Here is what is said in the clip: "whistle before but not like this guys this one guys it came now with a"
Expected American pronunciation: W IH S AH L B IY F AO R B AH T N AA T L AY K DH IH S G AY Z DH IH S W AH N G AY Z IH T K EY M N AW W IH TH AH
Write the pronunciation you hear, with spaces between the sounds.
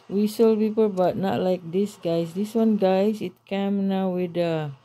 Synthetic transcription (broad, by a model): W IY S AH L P IY P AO L B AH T N AA T L AY K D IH S G AY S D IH S W AH N G AY S IH T K EY M N AW W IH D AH